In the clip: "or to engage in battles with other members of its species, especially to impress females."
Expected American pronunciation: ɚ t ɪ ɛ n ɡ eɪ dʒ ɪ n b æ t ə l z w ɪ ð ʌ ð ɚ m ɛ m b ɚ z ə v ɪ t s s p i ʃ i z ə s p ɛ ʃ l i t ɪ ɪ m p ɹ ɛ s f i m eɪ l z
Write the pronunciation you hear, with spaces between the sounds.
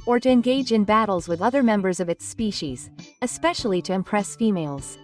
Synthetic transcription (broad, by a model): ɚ t ɪ ɛ n ɡ eɪ dʒ ɪ n b æ t l z w ɪ ð ʌ ð ɚ m ɛ m b ɚ z ə v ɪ t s s p i ʃ i z ə s p ɛ ʃ l i t ɪ ɪ m p ɹ ɛ s f i m eɪ l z